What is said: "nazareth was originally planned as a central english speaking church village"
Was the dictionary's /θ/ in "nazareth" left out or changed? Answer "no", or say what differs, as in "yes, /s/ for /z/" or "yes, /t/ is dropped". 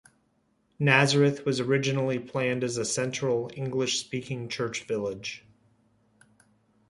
no